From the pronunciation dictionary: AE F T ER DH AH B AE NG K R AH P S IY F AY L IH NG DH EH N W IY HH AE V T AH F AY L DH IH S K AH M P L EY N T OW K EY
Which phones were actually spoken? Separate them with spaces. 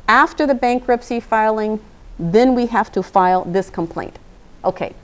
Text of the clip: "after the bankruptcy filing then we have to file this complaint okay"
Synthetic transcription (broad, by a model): AE F T ER DH AH B AE NG K R AH P S IY F AY L IH NG DH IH N W IY HH AE F T AH F AY L DH IH S K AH M P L EY N T OW K EY